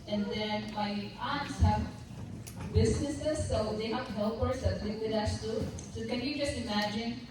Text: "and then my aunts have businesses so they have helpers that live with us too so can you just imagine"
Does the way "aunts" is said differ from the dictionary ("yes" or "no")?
no